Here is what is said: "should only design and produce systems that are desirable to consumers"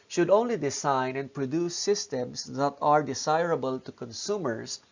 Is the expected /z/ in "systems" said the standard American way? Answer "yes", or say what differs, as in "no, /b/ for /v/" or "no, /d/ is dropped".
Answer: no, /s/ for /z/